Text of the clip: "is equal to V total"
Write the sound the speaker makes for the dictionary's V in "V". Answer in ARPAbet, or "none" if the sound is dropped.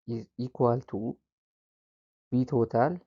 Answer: B